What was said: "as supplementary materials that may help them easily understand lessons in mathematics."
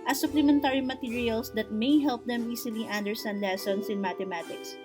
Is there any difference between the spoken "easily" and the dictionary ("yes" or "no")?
yes